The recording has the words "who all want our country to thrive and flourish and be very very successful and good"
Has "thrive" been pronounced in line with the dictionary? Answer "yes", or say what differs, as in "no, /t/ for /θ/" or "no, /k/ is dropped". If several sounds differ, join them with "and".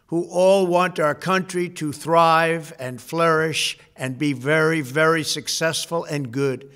yes